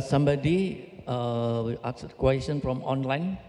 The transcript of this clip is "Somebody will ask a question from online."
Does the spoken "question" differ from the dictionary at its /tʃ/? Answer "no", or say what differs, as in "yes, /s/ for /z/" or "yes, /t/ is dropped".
yes, /s/ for /tʃ/